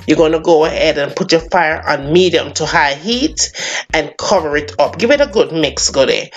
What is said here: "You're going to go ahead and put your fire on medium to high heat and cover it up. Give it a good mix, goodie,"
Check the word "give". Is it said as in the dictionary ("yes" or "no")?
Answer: yes